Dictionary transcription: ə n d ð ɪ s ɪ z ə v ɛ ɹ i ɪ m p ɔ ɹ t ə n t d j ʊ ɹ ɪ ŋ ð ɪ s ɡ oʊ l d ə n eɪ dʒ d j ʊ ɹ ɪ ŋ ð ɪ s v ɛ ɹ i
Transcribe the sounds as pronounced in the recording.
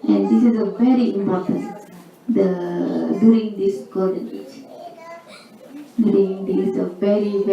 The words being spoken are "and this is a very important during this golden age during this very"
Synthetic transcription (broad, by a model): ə n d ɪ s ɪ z ə v ɛ ɹ i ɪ m p ɔ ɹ t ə n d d j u ɹ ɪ ŋ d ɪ s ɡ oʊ d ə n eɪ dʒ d j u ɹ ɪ ŋ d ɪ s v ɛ ɹ i